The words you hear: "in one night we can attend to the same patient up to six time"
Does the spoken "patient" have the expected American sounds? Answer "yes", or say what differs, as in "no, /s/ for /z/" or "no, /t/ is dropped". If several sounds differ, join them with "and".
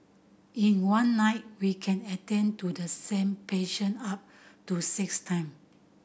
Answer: no, /t/ is dropped